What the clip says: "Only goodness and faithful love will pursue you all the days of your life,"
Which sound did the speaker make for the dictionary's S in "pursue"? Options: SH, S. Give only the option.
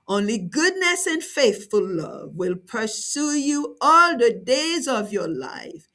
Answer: S